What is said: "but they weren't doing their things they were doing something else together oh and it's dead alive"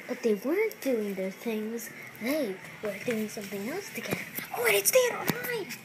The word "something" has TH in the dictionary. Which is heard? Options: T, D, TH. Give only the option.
TH